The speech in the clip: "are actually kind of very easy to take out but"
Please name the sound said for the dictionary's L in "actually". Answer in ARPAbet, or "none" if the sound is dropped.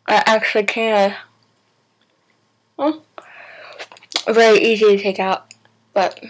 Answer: L